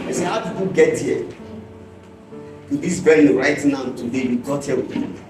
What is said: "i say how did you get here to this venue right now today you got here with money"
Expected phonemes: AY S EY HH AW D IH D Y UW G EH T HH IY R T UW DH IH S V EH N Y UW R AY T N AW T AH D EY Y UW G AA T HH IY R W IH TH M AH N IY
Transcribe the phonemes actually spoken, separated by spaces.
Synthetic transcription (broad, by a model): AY S EY HH AW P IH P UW G EH T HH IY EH T UW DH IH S B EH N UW R AY T N AW T AH D EY Y UW G AA T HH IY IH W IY